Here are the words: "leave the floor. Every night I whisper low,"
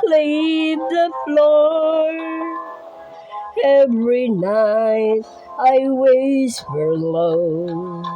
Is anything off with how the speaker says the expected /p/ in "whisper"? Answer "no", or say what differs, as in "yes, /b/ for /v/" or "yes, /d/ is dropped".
yes, /f/ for /p/